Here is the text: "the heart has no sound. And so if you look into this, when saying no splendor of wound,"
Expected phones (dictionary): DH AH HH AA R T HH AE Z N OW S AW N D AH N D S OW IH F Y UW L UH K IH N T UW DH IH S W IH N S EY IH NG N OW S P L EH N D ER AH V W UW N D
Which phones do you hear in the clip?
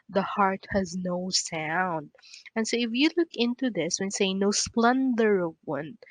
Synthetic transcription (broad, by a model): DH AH HH AA R T HH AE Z N OW S AW N D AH N S OW IH F Y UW L UH K IH N T UW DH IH S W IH N S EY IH N OW S P L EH N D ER AH V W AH N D